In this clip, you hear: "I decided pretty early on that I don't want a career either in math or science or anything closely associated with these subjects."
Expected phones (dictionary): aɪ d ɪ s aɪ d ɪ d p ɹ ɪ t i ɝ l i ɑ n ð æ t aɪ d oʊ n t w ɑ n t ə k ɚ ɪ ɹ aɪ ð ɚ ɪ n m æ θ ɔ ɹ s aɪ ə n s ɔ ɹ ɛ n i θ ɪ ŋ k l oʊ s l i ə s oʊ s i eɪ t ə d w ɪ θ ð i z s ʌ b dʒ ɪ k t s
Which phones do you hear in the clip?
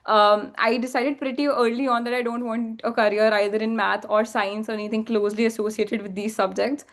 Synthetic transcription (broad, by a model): aɪ d ɪ s aɪ d ɪ d p ɹ ɪ t i ɝ l i ɑ n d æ t aɪ d oʊ n t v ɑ n t ə k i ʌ ɹ aɪ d ɚ ɪ n m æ t ɔ ɹ s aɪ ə n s ɔ ɹ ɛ n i t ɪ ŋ k l oʊ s l i ə s oʊ s i eɪ t ə d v ɪ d i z s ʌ b dʒ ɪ k t s